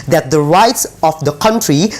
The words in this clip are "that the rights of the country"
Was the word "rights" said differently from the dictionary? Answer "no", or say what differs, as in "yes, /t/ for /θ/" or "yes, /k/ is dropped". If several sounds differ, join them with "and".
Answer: no